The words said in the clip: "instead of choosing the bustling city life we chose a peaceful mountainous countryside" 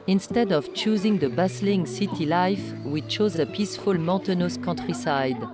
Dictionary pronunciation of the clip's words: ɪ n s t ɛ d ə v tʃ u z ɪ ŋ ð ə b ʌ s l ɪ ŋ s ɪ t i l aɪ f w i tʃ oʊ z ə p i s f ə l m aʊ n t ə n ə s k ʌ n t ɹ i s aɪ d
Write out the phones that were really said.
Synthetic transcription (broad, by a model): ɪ n s t ɛ d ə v tʃ u z ɪ ŋ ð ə b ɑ s l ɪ ŋ s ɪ t i l aɪ f w i tʃ oʊ z ə p i s f ə l m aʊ t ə n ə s k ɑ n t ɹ i s aɪ d